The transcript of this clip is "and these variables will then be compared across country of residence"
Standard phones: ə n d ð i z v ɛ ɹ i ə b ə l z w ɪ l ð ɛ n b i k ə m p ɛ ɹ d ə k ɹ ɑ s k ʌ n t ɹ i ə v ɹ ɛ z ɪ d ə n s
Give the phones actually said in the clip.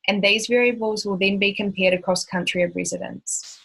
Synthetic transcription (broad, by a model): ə n ð i z v ɛ ɹ i ə b ə l z w ɪ l ð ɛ n b i k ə m p ɛ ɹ d ə k ɹ ɑ s k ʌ n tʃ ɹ i ə v ɹ ɛ z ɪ d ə n s